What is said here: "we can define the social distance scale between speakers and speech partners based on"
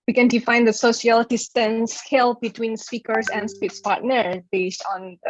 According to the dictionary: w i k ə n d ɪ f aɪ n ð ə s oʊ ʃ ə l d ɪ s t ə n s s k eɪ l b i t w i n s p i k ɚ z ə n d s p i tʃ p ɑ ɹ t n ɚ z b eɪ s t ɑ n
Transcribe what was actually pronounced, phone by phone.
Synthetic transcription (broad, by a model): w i k ə n d ɪ f aɪ n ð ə s oʊ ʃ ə l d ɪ s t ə n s s k eɪ l b i t w i n s p i k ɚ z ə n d s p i s p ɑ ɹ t n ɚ b eɪ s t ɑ n